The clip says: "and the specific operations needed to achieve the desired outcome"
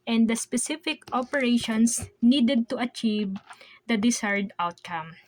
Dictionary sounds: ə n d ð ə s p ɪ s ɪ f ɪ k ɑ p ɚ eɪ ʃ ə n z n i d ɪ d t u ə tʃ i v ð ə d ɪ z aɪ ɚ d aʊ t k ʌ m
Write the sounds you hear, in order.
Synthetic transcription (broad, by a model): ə n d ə s p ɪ s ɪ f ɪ k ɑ p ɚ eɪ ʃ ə n s n i d ɪ d t u ə tʃ i v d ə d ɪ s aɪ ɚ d aʊ t k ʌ m